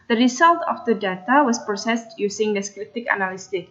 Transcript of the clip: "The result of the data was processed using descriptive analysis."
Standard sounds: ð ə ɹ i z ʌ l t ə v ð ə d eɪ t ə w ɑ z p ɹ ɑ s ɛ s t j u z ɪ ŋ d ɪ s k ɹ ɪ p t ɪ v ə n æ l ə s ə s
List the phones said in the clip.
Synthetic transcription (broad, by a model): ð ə ɹ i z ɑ l t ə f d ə d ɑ t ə w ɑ s p ɹ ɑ s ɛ s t j u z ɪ ŋ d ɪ s k ɹ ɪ t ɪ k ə n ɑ l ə s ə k